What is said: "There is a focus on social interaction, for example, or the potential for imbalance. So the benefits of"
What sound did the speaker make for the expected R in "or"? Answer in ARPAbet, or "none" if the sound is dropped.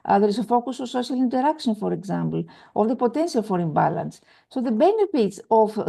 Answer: L